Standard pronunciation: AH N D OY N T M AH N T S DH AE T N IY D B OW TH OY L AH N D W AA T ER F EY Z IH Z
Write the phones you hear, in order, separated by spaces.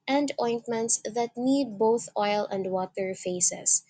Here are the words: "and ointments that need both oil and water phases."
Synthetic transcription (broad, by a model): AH N D OY N T M AH N T S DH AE T N IY D B OW TH OY L AH N D W AA T ER F EY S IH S